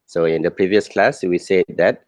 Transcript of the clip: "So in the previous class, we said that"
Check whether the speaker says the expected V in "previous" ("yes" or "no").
yes